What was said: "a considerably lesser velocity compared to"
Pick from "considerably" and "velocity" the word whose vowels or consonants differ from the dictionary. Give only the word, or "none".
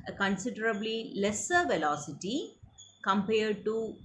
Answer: none